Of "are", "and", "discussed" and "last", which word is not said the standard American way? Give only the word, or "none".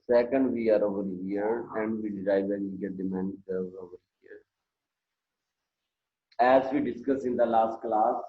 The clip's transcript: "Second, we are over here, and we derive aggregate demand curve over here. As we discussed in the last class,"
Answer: discussed